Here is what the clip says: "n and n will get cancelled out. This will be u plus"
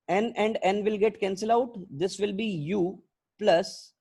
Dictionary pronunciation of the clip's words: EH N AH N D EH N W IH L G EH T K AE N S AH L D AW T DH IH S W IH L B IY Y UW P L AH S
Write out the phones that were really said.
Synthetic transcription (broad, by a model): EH N AH N D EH N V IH L G EH T K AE N S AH L AW T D IH S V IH L B IY Y UW P L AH S